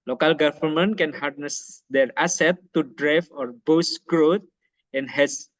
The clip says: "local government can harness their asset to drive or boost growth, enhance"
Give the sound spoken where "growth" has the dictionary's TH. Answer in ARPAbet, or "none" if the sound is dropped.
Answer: T